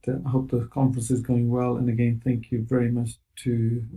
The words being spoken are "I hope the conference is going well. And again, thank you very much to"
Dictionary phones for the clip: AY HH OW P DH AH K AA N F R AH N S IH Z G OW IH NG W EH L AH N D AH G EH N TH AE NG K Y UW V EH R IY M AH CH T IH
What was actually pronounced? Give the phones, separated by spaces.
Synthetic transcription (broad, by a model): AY HH OW P DH AH K AA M F R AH N S IH Z G OW IH NG W EH L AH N AH G EH N TH AE NG K Y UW V EH R IY M AH CH T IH